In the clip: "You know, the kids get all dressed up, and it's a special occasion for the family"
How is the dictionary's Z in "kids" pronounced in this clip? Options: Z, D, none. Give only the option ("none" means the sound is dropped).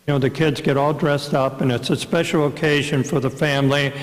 Z